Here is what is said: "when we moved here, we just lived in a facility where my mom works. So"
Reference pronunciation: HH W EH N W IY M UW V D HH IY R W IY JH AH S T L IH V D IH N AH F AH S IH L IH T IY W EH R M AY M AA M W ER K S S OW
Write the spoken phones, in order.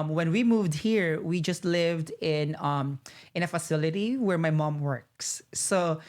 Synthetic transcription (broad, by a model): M W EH N W IY M UW V D HH IY R W IY JH AH S T L IH V D IH N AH F AH S IH L IH T IY W EH R M AY M AA M W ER K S S OW